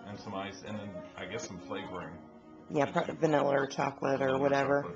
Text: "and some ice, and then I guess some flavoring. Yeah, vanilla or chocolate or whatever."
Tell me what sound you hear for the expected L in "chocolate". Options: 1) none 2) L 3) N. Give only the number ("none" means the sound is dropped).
2